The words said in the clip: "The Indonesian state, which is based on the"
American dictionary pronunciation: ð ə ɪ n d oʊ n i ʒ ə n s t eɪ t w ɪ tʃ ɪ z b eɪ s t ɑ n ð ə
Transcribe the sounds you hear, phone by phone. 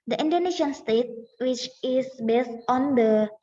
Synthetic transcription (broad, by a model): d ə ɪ n d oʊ n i ʃ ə n s t eɪ t w ɪ tʃ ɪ s b eɪ s t ɑ n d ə